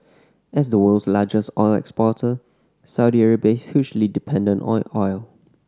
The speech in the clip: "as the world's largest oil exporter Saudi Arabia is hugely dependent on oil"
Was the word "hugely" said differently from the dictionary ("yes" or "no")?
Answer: yes